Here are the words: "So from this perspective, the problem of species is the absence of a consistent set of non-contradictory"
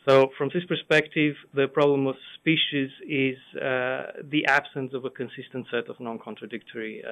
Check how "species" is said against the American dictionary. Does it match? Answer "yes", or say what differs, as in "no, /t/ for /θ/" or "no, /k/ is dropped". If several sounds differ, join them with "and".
yes